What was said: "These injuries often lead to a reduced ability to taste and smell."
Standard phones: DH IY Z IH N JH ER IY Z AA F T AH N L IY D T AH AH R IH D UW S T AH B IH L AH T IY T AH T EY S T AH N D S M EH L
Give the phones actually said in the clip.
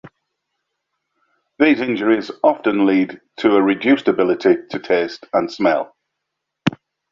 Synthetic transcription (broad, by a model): DH IY Z IH N JH ER IY Z AA F T AH N L IY D T AH AH R IH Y UW S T AH B IH L AH T IY T AH T EY S T AH N S M EH L